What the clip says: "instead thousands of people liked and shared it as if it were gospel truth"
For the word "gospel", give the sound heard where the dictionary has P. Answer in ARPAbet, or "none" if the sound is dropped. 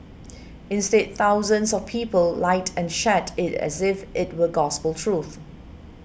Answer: P